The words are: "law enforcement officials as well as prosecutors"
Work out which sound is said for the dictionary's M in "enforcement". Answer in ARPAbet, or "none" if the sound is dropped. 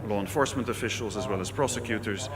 M